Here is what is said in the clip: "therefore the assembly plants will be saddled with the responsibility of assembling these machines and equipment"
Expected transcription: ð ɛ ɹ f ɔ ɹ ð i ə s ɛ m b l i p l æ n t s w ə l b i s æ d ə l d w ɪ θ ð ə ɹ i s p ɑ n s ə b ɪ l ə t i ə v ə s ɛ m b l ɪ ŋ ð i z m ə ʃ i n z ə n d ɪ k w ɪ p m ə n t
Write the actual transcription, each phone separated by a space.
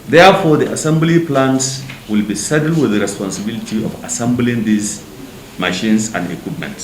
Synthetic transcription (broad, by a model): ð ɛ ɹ f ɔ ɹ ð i ə s ɛ m b l i p l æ n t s w ə l b i s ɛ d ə l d w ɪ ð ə ɹ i s p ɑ n s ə b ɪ l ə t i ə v ə s ɛ m b l ɪ ŋ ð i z m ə ʃ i n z ə n d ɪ k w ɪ p m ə n t